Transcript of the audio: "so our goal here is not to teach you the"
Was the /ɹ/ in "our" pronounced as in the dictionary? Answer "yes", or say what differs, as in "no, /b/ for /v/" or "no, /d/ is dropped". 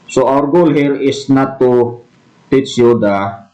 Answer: yes